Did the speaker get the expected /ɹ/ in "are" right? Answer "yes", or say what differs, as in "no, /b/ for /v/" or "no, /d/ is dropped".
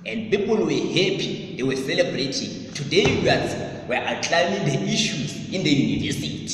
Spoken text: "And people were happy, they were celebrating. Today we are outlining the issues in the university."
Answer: no, /w/ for /ɹ/